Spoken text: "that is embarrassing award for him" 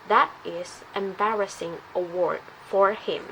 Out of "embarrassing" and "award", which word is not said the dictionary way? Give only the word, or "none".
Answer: none